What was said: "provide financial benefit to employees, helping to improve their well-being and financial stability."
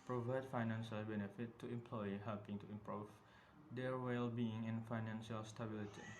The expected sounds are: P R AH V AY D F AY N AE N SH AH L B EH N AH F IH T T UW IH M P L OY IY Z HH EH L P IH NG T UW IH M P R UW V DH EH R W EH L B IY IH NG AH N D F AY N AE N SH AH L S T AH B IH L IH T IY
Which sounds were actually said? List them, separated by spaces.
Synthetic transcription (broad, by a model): P R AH V AY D F AY N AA N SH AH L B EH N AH F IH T T UW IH M P L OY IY HH EH L P IH NG T UW IH M P R UW V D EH R W EH L B IY IH NG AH N F AY N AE N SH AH L S T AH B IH L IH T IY